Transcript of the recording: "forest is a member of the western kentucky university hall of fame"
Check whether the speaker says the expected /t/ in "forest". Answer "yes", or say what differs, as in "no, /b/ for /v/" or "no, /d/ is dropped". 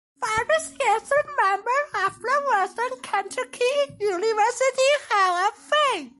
no, /t/ is dropped